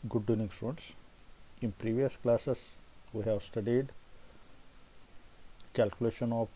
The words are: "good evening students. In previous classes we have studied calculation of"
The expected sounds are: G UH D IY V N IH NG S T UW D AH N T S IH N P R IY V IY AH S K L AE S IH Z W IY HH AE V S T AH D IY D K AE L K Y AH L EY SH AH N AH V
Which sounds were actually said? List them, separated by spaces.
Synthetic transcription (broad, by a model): G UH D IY N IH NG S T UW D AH N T S IH N P R IY V IY AH S K L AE S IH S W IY HH AE V S T AH D IY D K AE L K Y AH L EY SH AH N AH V